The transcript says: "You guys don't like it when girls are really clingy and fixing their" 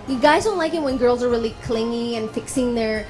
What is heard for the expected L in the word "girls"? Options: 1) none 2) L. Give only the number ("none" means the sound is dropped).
2